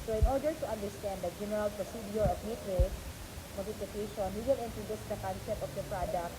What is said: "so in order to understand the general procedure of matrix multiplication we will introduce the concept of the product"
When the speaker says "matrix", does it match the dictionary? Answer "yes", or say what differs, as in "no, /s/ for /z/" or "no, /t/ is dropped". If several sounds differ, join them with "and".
no, /s/ is dropped